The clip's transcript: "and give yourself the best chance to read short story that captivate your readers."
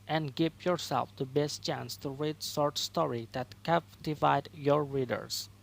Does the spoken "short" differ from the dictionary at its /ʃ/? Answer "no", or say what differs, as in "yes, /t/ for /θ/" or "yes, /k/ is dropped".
yes, /s/ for /ʃ/